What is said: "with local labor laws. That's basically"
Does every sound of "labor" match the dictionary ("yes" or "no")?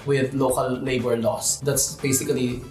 no